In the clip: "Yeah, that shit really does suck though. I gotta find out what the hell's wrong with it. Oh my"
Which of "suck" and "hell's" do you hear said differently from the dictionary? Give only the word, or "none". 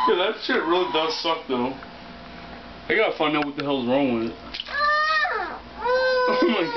none